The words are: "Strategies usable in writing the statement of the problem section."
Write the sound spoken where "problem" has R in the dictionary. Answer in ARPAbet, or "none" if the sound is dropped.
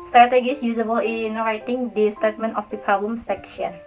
none